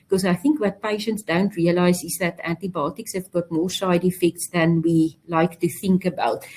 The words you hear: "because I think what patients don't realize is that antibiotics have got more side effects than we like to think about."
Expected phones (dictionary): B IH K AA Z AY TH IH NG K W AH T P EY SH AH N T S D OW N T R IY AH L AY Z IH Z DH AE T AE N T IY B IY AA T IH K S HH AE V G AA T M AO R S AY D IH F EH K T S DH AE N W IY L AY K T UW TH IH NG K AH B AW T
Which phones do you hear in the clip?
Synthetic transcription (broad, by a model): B K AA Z AY TH IH NG K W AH T P EY SH AH N T S D OW N T R IY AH L AY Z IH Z DH AE T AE N T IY B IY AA T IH K S HH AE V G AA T M AO R S AY D IH F EH K T S DH AE N W IY L AY K T UW TH IH NG K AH B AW T